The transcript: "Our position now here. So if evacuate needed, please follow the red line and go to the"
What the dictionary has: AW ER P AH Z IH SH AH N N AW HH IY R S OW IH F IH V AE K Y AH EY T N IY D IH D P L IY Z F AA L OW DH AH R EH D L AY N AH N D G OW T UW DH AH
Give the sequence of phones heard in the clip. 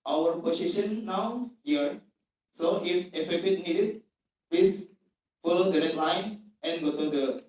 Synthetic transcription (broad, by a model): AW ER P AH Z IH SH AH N N AW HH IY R S OW IH F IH F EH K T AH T N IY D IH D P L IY S F AA L OW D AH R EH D L AY N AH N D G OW T UW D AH